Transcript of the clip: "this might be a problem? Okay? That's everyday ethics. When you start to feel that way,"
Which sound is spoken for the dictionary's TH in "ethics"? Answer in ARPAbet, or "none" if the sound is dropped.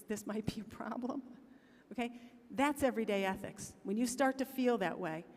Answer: TH